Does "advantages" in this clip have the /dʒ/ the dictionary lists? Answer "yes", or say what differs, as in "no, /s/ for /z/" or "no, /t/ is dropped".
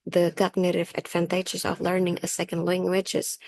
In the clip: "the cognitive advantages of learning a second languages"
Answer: no, /tʃ/ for /dʒ/